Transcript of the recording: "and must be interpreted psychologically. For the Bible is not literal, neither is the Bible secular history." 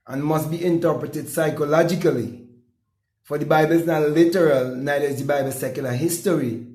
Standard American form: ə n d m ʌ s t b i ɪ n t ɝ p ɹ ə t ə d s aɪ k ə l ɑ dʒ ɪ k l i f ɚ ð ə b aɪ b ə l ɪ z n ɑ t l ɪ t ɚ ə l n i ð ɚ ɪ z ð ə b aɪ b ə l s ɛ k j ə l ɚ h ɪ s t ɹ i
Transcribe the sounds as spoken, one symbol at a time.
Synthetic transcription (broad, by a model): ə n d m ʌ s t b i ɪ n t ɝ p ɹ ə t ə d s aɪ k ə l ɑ dʒ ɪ k l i f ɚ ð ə b aɪ b ə l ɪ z n ɑ t l ɪ t ɚ ə l n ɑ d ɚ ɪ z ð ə b aɪ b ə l s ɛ k j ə l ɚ h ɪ s t ɹ i